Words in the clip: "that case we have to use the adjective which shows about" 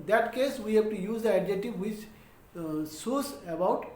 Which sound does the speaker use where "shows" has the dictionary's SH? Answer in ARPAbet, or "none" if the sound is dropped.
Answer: S